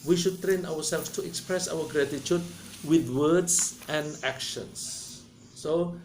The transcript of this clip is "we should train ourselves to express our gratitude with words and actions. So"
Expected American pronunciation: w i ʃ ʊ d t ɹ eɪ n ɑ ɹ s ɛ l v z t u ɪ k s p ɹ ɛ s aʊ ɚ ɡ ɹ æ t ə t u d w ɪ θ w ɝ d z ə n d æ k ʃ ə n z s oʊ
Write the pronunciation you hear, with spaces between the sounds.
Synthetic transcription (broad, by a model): w i ʃ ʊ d t ɹ eɪ n ɑ w s ɛ l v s t u ɪ k s p ɹ ɛ s aʊ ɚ ɡ ɹ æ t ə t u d w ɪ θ w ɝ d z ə n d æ k ʃ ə n s oʊ